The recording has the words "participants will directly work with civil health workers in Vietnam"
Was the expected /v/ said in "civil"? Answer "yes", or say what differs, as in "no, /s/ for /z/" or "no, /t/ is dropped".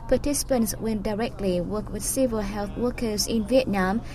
yes